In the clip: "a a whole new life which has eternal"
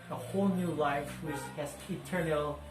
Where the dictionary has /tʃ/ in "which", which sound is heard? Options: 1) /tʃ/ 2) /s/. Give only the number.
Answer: 2